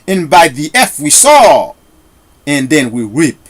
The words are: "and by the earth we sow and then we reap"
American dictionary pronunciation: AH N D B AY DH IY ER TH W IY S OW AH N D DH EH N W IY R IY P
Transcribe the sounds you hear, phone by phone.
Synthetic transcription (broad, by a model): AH N B AY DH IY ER F W IY S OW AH N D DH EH N W IY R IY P